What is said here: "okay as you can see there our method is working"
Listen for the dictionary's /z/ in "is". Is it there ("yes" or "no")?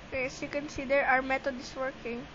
no